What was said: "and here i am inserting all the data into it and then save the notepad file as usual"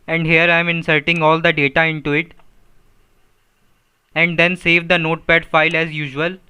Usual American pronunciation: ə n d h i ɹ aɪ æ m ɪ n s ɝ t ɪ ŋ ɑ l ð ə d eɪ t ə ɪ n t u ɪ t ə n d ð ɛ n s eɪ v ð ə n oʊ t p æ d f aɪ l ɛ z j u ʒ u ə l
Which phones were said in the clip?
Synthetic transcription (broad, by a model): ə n d h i ɹ aɪ m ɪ n s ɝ t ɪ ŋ ɑ l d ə d eɪ t ə ɪ n t u ɪ t ə n d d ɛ n s eɪ v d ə n oʊ t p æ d f aɪ l ɛ z j u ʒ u ə l